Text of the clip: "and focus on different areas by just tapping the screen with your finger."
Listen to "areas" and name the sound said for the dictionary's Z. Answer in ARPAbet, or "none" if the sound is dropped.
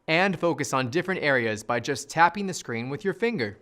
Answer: Z